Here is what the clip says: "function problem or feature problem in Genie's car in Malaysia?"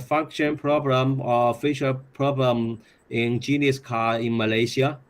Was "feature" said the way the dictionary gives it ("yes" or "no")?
no